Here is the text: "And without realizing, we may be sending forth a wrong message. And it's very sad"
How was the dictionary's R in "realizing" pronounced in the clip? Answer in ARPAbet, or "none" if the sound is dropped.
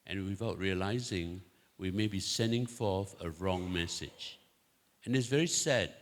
R